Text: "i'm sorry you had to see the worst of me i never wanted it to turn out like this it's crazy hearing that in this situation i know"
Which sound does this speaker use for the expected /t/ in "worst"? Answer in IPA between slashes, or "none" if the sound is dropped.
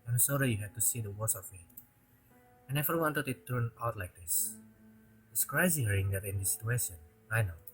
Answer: none